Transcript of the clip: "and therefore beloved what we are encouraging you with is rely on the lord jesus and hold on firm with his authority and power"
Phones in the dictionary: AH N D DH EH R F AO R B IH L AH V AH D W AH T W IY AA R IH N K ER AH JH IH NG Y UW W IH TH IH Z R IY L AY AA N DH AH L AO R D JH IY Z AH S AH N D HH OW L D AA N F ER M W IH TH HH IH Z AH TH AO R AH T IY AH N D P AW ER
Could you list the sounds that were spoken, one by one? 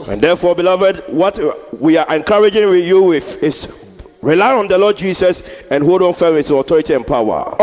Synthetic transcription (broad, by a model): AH N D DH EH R F AO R B IH L AH V AH D W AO T W IY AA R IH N K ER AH JH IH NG Y UW W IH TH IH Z R IY L AY AA N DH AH L AO D JH IY S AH S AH N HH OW D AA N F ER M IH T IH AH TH AO R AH T IY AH N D P AW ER